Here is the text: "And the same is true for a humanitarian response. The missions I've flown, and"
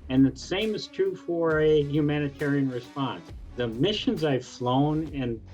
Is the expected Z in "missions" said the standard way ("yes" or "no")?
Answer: yes